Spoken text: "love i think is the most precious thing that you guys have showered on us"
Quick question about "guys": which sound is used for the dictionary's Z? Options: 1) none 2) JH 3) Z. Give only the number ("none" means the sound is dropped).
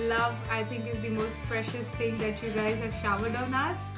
3